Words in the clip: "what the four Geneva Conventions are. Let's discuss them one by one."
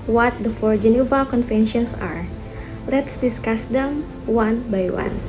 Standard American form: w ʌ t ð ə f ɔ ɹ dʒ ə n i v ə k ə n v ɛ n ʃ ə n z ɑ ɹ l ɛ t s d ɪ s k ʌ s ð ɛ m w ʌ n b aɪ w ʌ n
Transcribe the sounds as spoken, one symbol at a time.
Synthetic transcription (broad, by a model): w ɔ t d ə f ɔ ɹ dʒ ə n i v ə k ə n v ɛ n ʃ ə n s ɑ ɹ l ɛ t s d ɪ s k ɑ s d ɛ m w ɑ n b aɪ w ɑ n